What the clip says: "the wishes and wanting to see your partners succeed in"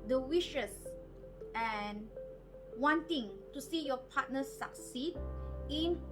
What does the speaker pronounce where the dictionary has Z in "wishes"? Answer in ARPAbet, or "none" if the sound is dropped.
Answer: S